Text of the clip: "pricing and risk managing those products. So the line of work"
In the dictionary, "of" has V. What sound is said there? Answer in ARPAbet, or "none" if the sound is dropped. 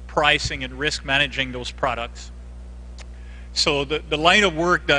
V